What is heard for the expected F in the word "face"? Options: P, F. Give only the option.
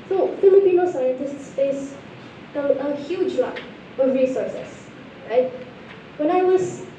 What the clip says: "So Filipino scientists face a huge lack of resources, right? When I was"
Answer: P